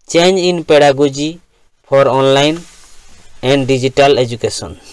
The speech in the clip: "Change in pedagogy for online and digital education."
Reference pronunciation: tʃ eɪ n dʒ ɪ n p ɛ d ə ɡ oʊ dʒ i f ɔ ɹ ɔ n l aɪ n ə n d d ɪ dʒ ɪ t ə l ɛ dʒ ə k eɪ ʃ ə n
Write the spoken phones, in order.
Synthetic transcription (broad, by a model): tʃ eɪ n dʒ ɪ n p ɛ d ə ɡ oʊ dʒ i p ɔ ɹ ɔ n l aɪ n ə n d d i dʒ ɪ t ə l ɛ dʒ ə k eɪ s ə n